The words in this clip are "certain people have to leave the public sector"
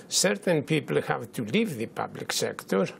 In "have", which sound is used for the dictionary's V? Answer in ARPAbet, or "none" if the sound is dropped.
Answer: V